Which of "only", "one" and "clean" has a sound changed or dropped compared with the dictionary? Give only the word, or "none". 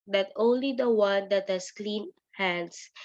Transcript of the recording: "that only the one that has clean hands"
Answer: none